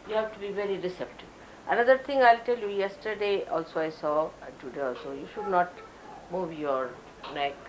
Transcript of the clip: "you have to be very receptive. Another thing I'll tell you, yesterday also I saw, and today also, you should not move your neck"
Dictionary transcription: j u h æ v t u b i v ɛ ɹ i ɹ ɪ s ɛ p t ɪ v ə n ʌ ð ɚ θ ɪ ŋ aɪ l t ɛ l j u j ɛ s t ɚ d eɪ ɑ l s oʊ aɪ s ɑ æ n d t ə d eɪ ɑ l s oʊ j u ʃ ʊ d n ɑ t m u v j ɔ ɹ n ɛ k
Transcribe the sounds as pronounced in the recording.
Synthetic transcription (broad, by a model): j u h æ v t u b i v ɛ ɹ i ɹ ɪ s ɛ p t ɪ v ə n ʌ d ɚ t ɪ ŋ aɪ l t ɛ l j u j ɛ s t ɚ d eɪ ɑ l s oʊ aɪ s ɑ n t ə d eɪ ɑ l s oʊ j u ʃ ʊ d n ɑ t m u v j ɔ ɹ n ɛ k